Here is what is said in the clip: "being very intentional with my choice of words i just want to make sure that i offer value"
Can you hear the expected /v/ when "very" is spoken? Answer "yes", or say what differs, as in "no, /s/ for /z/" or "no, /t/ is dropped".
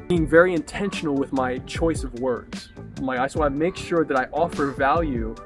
yes